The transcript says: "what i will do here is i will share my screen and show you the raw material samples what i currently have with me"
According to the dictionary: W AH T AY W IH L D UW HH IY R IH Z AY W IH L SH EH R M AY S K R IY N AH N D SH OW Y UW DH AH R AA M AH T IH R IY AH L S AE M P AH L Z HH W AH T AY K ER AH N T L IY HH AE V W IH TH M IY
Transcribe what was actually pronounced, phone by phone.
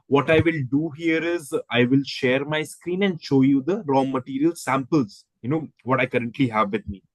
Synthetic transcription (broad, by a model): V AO T AY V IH L D UW HH IY R IH Z AY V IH L SH EH R M AY S K R IY N AH N D SH OW Y UW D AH R AA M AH T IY R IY AH L S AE M P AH L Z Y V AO T AY K ER AH N T L IY HH AE V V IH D M IY